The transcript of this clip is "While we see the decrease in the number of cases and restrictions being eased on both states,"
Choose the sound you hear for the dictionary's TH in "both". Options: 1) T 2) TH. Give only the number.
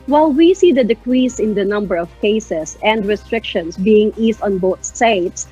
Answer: 1